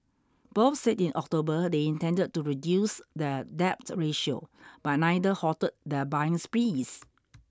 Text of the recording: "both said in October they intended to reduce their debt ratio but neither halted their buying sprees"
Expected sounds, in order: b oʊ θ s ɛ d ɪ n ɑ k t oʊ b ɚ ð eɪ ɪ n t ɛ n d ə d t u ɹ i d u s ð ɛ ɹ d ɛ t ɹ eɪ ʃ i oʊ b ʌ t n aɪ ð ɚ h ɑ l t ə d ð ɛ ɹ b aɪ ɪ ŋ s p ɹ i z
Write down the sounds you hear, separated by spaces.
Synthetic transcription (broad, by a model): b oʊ s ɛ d ɪ n ɑ k t oʊ b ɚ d eɪ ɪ n t ɛ n d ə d t u ɹ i d u s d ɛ d ɛ t ɹ eɪ ʃ i oʊ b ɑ t n aɪ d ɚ h ɑ t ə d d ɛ b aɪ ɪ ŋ s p ɹ i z